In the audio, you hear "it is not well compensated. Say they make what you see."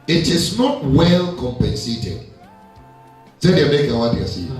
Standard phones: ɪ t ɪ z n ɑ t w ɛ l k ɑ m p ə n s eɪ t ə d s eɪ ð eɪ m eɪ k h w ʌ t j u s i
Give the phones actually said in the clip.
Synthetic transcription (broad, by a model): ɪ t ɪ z n ɑ t w ɛ l k ɑ m p ə n s eɪ t ə d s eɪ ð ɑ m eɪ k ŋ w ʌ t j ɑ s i